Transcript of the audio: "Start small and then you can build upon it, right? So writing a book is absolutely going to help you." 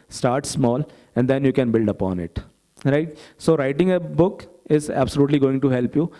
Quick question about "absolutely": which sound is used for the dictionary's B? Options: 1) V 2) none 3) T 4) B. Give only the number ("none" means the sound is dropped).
4